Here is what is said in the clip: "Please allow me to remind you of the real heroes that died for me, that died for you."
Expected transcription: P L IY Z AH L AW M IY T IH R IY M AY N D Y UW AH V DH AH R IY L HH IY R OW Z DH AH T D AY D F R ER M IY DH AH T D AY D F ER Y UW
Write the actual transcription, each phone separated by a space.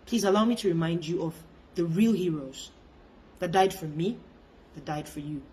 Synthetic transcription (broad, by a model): P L IY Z AH L AW M IY T IH R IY M AY N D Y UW AH V DH AH R IY L HH IY R OW Z DH AH T D AY D F R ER M IY DH AH T D AY D F ER Y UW